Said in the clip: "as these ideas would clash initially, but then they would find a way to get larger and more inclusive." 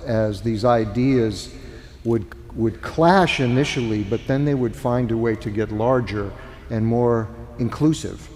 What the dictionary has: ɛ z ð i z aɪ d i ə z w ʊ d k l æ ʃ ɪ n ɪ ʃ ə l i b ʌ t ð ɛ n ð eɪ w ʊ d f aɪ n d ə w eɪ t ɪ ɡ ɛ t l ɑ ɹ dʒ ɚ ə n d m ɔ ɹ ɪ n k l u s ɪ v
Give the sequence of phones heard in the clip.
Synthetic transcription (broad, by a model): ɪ z ð i z aɪ d i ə z w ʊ d k l æ ʃ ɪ n ɪ ʃ l i b ʌ t ð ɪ n ð eɪ w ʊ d f aɪ n d ə w eɪ t ɪ ɡ ɛ t l ɑ ɹ dʒ ɚ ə n m ɔ ɹ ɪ n k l u s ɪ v